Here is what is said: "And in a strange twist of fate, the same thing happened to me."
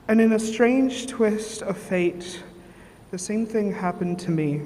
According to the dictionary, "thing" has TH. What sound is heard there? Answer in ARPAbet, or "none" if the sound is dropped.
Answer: TH